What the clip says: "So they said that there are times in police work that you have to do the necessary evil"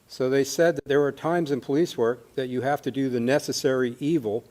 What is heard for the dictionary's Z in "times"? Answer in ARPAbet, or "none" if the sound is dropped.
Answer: Z